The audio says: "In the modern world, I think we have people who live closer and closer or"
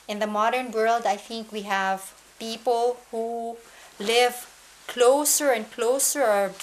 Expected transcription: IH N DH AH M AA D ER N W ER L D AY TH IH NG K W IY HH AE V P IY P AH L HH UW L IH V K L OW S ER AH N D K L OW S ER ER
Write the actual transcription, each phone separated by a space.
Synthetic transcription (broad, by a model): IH N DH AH M AA D ER N W ER L D AY TH IH NG K W IY HH AE V P IY P AH L HH UW L IH V K L OW S ER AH N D K L OW S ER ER